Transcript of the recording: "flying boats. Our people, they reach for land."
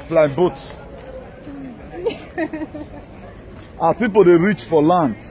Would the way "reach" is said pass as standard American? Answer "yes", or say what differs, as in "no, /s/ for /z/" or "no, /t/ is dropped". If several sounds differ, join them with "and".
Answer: yes